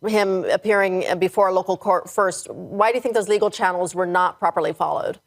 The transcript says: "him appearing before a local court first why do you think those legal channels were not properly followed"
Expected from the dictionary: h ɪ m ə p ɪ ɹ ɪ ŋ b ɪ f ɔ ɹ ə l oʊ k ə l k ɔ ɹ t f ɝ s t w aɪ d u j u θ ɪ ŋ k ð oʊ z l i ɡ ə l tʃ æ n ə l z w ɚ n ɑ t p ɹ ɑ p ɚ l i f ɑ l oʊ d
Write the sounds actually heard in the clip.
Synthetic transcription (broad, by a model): h ɪ m ə p ɪ ɹ ɪ ŋ b ɪ f ɔ ɹ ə l oʊ k l k ɔ ɹ t f ɝ s t w aɪ d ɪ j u θ ɪ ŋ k ð oʊ z l i ɡ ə l tʃ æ n l z w ɚ n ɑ t p ɹ ɑ p ɚ l i f ɑ l oʊ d